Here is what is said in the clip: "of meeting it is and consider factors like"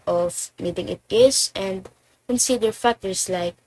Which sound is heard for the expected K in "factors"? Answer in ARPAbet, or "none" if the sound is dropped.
none